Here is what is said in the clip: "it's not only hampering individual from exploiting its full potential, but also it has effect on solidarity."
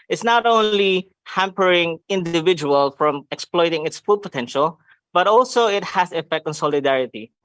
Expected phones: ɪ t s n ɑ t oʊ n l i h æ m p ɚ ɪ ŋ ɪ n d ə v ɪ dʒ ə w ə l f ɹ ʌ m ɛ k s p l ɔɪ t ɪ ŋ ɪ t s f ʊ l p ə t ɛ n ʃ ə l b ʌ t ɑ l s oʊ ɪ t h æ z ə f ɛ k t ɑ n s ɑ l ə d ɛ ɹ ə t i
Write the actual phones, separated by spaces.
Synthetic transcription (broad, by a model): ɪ t s n ɑ t oʊ n l i h æ m p ɚ ɪ ŋ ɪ n d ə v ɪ dʒ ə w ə l f ɹ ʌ m ɛ k s p l ɔɪ t ɪ ŋ ɪ t s f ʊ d p ə t ɛ n ʃ ə l b ʌ t ɑ l s oʊ ɪ t h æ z ə f ɛ k t ɑ n s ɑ l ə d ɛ ɹ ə t i